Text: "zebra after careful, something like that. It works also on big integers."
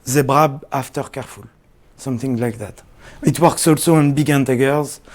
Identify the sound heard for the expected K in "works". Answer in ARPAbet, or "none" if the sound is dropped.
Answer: K